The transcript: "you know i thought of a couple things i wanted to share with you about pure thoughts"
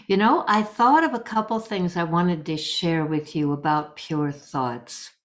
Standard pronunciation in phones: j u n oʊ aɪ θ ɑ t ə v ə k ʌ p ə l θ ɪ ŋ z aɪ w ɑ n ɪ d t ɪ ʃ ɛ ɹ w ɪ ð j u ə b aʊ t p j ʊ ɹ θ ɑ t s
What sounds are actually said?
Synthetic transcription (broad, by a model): j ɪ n oʊ aɪ θ ɑ t ə v ə k ʌ p l θ ɪ ŋ z aɪ w ɑ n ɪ d t ɪ ʃ ɛ ɹ w ɪ ð j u ə b aʊ t p j ʊ ɹ θ ɑ t s